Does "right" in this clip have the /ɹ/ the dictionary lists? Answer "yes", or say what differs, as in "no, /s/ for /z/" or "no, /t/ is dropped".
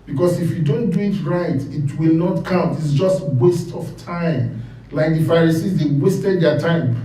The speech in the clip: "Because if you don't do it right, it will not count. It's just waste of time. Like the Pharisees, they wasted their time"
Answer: yes